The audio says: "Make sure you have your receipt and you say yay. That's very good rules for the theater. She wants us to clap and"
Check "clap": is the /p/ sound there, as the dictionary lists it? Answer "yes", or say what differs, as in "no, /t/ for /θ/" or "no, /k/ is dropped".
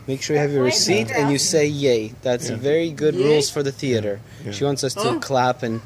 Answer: yes